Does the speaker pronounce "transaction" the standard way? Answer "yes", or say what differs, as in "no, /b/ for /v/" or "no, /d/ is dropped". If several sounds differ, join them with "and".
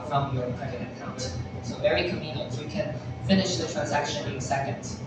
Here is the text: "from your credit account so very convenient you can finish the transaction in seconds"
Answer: yes